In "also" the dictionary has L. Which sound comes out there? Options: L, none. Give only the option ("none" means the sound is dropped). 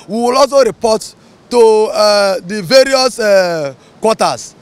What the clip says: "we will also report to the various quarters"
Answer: none